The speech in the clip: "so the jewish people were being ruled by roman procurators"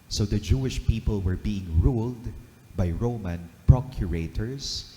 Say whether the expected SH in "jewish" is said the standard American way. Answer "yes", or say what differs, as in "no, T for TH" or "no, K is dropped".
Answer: yes